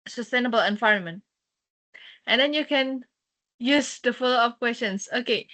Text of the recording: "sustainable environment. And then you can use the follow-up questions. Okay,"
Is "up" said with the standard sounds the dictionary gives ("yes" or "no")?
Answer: no